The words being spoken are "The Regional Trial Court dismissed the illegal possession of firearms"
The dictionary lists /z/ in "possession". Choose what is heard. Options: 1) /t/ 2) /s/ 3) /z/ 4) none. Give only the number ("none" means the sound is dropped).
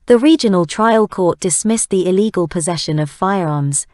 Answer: 3